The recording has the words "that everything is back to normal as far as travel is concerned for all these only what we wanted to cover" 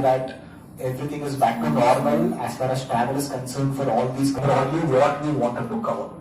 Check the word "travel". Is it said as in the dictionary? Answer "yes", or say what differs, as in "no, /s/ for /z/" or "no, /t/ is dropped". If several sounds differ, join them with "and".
no, /ɹ/ is dropped